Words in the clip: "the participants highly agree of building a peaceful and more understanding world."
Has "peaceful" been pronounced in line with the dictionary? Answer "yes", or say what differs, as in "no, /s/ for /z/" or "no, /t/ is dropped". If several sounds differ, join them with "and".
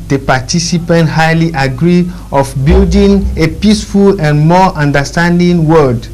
yes